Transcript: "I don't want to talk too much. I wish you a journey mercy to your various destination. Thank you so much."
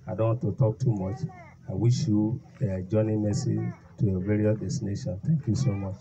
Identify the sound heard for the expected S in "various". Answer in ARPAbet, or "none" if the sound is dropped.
none